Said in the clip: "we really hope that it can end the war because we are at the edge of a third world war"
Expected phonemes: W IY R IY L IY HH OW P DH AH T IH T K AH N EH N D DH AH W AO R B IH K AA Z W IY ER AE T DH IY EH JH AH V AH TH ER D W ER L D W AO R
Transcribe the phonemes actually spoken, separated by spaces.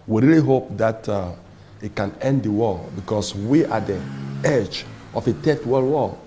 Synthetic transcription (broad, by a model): W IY R IY L IY HH OW P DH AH T IH T K AH N EH N D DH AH W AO B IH K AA S W IY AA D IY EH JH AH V AH T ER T W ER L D W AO